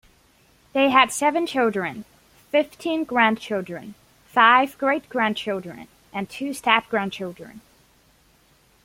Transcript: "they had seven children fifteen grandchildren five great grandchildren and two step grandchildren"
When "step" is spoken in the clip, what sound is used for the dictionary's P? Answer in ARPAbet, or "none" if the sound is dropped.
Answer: F